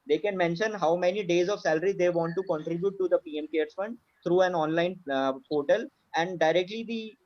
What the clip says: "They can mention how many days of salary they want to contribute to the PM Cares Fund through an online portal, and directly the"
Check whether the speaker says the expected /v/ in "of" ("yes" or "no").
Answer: yes